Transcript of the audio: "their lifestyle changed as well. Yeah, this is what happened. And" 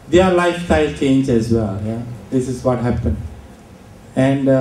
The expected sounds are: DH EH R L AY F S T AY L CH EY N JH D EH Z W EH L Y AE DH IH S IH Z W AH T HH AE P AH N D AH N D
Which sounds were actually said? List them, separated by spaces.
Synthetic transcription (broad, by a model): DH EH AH L AY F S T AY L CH EY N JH EH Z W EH L Y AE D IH S IH Z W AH T HH AE P AH N D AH N D